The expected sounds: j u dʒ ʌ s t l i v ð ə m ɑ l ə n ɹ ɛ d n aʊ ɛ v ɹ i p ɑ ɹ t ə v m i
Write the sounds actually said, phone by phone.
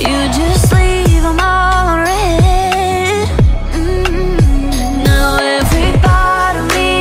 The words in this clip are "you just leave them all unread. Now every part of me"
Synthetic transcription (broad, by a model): j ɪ dʒ ʌ s t l i v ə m ɑ l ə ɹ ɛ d n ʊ ɛ v ɹ i b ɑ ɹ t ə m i